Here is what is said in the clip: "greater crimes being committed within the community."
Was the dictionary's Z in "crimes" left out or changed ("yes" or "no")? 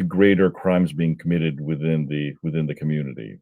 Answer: no